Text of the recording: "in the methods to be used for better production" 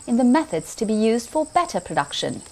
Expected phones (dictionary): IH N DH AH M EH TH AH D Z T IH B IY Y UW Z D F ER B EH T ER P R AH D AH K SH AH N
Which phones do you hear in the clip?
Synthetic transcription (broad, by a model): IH N DH AH M EH TH AH D Z T IH B IY Y UW Z D F ER B EH T ER P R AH D AH K SH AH N